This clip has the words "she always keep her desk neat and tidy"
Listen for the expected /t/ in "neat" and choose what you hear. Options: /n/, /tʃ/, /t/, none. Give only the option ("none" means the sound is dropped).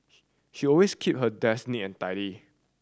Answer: none